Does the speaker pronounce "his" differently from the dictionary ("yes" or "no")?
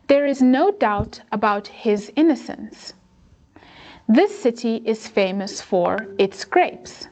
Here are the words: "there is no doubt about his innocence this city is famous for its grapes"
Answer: no